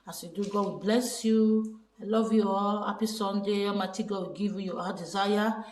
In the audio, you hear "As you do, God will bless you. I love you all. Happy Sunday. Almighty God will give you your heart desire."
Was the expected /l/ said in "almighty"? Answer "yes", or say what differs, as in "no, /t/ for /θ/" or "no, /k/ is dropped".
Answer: no, /l/ is dropped